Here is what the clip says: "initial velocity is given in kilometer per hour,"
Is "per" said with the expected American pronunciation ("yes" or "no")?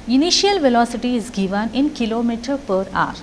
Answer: yes